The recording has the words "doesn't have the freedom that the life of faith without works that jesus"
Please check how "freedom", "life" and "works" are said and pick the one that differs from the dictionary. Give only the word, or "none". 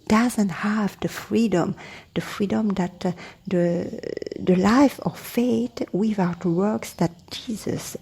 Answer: none